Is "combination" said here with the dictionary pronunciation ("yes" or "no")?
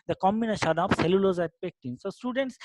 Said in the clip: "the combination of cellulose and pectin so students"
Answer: no